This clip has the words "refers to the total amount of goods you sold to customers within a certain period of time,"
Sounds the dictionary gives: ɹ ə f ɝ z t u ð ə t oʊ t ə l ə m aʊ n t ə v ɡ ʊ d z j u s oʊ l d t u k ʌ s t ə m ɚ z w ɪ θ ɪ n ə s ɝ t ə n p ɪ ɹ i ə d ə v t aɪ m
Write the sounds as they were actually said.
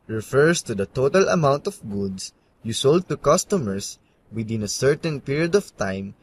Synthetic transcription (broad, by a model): ɹ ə f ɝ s t u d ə t oʊ t ə l ə m aʊ n t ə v ɡ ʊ d s j u s oʊ l d t u k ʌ s t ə m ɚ s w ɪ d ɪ n ə s ɝ t ə n p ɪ ɹ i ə d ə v t aɪ m